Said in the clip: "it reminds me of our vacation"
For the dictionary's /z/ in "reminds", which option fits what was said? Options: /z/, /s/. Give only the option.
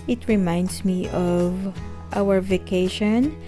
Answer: /s/